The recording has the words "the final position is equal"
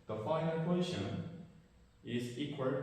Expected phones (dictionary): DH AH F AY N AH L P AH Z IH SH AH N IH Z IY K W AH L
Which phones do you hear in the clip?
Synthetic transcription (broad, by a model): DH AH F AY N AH N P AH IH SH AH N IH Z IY K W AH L